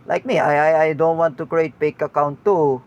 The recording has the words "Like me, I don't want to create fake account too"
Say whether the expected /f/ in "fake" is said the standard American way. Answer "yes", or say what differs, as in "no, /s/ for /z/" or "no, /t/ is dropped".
no, /p/ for /f/